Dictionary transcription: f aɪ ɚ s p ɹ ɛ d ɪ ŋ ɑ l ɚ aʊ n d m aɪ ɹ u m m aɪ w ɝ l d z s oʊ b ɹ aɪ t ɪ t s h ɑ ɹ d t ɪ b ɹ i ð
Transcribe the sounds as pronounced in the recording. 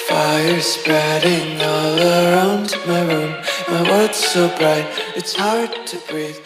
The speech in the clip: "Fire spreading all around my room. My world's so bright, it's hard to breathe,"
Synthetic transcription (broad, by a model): f aɪ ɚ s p ɹ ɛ d ɪ ŋ ɑ l ɚ aʊ n d m aɪ ɹ u m m aɪ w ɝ d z s oʊ b ɹ aɪ t ɪ t s h ɑ ɹ d t ɪ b ɹ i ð